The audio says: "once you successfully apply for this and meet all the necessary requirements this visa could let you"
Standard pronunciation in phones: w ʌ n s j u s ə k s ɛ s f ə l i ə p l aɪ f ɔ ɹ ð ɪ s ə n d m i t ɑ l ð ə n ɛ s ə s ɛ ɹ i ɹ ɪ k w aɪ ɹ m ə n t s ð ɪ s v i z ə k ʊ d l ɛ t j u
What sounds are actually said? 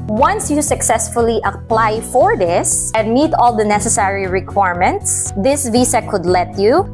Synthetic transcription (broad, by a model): w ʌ n s j u s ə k s ɛ s f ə l i ə p l aɪ f ɔ ɹ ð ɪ s ə n d m i t ɑ l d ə n ɛ s ə s ɛ ɹ i ɹ ɪ k w aɪ ɹ m ə n t s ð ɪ s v i s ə k ʊ d l ɛ t j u